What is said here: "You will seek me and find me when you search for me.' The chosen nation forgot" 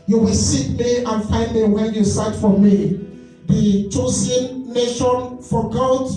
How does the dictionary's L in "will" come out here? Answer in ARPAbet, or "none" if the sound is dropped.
L